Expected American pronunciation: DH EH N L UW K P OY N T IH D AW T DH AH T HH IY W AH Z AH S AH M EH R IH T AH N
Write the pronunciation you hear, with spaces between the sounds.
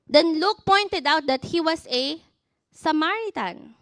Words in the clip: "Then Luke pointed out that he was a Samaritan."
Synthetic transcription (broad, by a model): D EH N L UW K P OY N T IH D AW T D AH T HH IY W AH S AH S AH M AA R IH T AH N